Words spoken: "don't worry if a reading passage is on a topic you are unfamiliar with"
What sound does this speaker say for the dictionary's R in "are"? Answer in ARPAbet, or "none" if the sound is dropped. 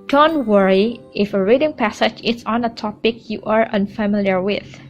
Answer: R